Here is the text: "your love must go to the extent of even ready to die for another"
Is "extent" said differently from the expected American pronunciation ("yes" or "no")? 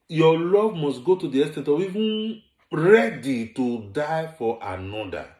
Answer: yes